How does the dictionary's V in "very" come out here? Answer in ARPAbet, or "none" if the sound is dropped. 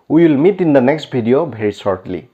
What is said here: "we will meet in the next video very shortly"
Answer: B